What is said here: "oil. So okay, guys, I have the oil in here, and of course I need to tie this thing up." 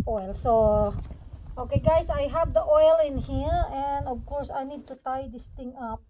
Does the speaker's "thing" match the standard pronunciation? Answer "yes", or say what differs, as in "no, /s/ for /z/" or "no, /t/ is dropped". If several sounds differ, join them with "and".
no, /t/ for /θ/